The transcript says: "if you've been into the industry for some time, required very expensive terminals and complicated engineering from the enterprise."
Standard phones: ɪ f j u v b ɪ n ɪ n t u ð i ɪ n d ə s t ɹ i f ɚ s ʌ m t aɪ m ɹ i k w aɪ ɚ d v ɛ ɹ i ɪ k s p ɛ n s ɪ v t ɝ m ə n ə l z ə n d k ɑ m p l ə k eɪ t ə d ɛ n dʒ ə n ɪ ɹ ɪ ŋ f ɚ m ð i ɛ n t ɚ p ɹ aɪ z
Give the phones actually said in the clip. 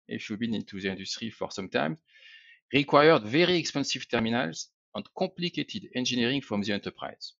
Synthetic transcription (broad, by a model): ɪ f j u b ɪ n ɪ n t u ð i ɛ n d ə s t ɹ i f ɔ s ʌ m t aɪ m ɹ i k w aɪ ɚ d v ɛ ɹ i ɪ k s p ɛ n s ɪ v t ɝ m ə n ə l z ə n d k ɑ p l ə k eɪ t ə d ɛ n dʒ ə n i ɹ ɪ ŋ f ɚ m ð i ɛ n t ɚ p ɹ aɪ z